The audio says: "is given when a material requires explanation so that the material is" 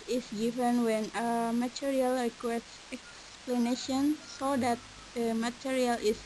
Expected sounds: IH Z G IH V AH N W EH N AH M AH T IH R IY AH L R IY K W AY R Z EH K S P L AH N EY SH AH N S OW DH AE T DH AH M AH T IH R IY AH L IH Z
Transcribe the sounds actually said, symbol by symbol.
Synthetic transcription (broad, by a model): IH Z G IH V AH N W EH N AH M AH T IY R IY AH L R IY K W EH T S EH K S P L AH N EY SH AH N S OW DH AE T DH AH M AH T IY R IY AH L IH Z